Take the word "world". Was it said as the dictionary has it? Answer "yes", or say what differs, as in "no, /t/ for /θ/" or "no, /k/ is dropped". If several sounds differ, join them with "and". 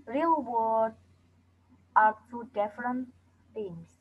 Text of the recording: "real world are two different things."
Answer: no, /l/ is dropped